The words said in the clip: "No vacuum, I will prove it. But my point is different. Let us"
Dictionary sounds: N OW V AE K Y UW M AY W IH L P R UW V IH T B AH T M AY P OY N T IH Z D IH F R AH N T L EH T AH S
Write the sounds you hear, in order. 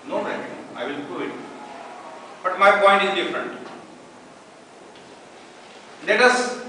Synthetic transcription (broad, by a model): N OW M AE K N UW AY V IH L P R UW IH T B AH T M AY P OY N T IH Z D IH F R AH N T L EH T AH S